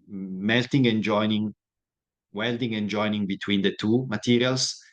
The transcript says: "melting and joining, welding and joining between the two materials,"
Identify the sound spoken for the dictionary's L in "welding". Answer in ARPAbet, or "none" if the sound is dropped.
L